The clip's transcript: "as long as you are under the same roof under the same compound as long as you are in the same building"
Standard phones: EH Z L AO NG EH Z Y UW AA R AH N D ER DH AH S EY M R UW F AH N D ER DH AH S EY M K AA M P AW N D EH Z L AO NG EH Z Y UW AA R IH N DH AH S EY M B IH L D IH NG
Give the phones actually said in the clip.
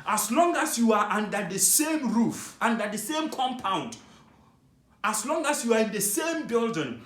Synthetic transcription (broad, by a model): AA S L AO NG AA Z Y UW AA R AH N D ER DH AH S EY M R UW F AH N D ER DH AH S EY M K AA M P AW N D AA S L AO NG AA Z Y UW AA R IH N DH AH S EY M B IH L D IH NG